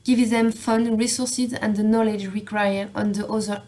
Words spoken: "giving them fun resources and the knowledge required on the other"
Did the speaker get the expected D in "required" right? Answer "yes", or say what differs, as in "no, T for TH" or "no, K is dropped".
no, D is dropped